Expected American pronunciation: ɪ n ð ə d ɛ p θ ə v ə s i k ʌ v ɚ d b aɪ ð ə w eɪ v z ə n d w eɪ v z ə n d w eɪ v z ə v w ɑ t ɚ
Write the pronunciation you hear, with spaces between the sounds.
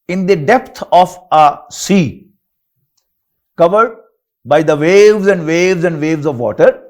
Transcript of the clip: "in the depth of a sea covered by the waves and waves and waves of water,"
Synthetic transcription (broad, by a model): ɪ n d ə d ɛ p t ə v ə s i k ʌ v ɚ d b aɪ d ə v eɪ v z ə n d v eɪ v z ə n d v eɪ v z ə v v ɑ t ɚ